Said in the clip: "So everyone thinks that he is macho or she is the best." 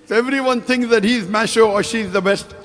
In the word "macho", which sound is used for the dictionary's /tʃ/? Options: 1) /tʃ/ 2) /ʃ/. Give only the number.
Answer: 2